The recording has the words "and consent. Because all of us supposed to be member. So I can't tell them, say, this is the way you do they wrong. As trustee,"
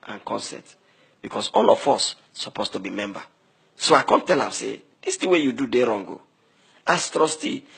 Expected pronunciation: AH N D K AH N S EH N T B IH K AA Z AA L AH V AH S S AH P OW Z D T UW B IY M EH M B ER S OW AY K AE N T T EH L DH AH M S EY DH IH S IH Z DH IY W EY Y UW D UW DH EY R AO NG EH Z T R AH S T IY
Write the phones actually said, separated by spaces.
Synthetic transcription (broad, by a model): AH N K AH N S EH T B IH K AA S AA L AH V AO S S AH P OW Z T UW B IY M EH M B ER S OW AY K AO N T T EH L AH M S EY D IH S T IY W EY Y UW D UW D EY R AO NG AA S T R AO S T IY